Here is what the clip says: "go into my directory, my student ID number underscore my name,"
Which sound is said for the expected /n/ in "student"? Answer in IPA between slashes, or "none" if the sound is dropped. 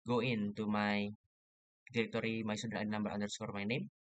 none